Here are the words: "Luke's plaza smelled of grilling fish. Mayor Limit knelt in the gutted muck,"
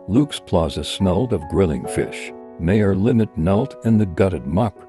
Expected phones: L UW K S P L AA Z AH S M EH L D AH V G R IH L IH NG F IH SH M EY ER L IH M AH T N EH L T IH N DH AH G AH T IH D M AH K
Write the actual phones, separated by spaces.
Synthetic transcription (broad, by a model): L UW K S P L AA Z AH S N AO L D AH V G R IH L IH NG F IH SH M EY ER L IH M AH T N EH L T IH N DH AH G AH T IH D M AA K